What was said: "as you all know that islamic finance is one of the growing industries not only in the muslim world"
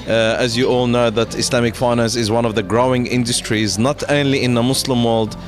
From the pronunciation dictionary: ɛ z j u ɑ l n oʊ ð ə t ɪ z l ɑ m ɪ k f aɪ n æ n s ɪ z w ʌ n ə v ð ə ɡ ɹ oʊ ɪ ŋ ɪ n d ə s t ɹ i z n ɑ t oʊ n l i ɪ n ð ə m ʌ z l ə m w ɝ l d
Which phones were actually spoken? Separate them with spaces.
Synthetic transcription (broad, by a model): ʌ z j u ɑ l n oʊ ð ə t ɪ s l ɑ m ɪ k f aɪ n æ n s ɪ z w ʌ n ə v ð ə ɡ ɹ oʊ ɪ ŋ ɪ n d ə s t ɹ i z n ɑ t oʊ n l i ɪ n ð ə m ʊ s l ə m w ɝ l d